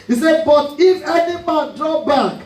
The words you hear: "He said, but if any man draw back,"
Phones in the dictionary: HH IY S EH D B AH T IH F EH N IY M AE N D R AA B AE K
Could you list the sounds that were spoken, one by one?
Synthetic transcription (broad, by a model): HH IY S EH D B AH T IH F EH N IY M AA N D R AA B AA K